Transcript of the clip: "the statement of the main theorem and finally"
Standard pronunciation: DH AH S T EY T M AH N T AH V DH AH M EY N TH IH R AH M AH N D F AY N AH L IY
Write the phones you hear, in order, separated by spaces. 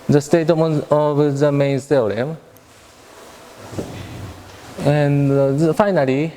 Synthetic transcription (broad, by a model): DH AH S T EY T AH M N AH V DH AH M EY N S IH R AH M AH N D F AY N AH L IY